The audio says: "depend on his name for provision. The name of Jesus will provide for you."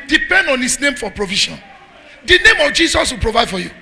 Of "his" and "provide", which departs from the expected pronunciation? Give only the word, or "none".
his